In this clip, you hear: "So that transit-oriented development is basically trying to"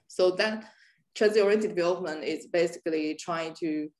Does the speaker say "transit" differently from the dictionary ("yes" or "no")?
yes